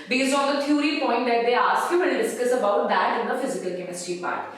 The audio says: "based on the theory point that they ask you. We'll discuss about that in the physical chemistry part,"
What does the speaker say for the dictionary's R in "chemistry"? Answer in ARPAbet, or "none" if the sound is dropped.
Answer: none